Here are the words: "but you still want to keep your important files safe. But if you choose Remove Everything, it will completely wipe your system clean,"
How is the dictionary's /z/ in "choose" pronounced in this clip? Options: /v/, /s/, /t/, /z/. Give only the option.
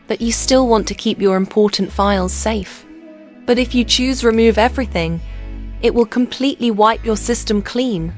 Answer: /z/